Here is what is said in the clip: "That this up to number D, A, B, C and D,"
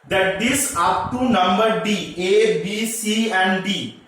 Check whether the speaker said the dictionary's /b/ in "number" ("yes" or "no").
yes